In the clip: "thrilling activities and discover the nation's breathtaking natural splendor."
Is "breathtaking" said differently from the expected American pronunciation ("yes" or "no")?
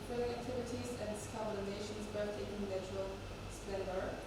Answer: yes